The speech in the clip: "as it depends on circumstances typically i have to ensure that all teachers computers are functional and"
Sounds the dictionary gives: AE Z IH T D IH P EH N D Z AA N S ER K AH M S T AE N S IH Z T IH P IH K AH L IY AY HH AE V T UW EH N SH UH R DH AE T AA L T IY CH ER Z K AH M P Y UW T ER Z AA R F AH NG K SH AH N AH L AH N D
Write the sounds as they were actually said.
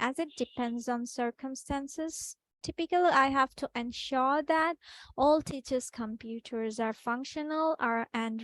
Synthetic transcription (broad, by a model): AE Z IH T D IH P EH N D Z AA N S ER K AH M S T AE N S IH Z T IH P IH K AH L IY AY HH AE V T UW EH N SH UH R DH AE T AA L T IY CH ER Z K AH M P Y UW T ER Z AA R F AH NG K SH AH N AH L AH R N